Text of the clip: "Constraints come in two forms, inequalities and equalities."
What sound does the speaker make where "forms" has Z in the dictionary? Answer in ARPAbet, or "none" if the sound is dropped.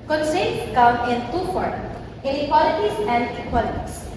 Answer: none